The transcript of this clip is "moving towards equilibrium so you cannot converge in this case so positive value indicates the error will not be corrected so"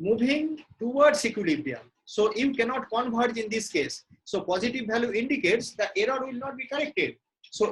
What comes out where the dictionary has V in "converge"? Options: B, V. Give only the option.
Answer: B